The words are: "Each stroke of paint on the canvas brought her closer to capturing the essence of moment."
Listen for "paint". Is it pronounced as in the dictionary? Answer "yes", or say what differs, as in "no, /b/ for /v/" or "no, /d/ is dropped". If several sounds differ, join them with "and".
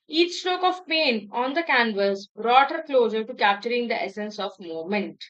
no, /t/ is dropped